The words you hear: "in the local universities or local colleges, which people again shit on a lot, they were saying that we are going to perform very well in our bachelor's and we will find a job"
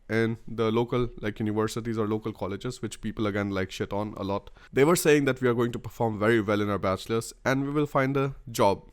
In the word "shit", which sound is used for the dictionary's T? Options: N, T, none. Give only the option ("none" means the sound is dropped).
T